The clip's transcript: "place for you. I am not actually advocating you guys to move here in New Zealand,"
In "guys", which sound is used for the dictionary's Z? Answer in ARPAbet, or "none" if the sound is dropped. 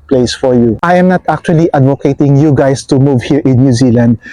S